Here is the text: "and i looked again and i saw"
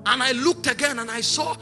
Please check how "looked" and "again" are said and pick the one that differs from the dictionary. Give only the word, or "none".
none